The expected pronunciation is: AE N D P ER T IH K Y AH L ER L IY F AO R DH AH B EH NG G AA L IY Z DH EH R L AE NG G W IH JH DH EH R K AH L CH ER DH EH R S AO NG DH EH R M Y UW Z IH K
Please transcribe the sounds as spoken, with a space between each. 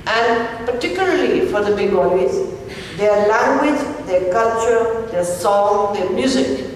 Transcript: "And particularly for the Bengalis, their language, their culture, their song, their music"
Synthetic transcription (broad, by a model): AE N D P ER T IH K Y AH L ER L IY F AO R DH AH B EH G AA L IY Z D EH R L AE NG G W IH JH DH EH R K AH L CH ER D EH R S AO NG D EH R M Y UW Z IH K